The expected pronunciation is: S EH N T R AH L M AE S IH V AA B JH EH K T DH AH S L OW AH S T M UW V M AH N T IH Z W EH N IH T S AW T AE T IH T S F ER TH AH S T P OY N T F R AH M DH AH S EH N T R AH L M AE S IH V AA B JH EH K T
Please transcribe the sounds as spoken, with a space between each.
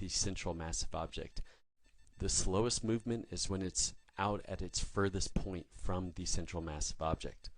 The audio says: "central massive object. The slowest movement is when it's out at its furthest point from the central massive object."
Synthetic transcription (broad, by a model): S EH N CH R L M AE S IH V AA B JH EH K T DH AH S L OW AH S T M UW V M AH N T IH Z W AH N IH T S AW T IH T IH T S F ER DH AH S P OY N T F R AH M DH AH S EH N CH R L M AE S IH V AA B JH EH K T